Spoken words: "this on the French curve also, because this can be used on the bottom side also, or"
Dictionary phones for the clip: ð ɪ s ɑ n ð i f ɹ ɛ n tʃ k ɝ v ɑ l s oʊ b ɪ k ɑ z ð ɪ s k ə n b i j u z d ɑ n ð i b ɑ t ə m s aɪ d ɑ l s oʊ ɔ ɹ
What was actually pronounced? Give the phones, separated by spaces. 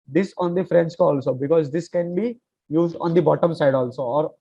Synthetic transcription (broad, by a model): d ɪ s ɑ n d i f ɹ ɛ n s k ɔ ɑ l s oʊ b ɪ k ɑ z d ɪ s k ə n b i j u z d ɑ n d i b ɑ t ə m s aɪ d ɑ l s oʊ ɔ ɹ